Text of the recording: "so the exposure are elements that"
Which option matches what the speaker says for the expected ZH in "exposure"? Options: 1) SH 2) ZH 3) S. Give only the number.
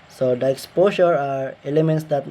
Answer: 3